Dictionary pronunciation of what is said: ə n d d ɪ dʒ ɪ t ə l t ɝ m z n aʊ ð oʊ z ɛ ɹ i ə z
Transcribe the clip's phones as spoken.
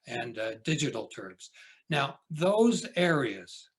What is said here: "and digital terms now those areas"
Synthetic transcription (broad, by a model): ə n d d ɪ dʒ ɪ t l t ɝ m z n aʊ ð oʊ z ɛ ɹ i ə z